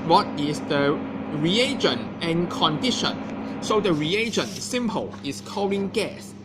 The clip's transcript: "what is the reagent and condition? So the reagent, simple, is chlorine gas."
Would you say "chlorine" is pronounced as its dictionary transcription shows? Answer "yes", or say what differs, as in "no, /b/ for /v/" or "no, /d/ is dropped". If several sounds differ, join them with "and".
no, /l/ is dropped and /l/ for /ɹ/